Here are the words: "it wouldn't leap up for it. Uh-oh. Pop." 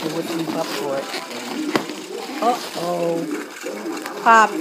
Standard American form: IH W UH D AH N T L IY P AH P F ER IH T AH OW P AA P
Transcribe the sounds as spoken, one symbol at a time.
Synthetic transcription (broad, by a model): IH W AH T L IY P AH P F ER IH T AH OW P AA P